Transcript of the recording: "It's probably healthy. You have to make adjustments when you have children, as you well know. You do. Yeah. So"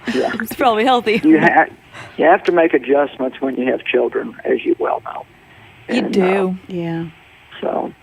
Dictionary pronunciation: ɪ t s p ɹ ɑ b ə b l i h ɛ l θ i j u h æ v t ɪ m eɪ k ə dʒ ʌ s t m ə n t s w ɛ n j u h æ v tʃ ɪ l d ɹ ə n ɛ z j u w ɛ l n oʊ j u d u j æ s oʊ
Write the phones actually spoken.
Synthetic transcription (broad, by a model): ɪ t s p ɹ ɑ b ə b l i h ɛ l θ i j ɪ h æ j t ɪ m eɪ k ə dʒ ʌ s m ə n t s w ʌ n j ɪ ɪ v tʃ ɪ l d ɹ ə n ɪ z j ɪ w ɛ l n oʊ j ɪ d u j æ s oʊ